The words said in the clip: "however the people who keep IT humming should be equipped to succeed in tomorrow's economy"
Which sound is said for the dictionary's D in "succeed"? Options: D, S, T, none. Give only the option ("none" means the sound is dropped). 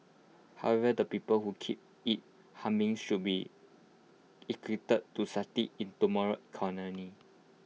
none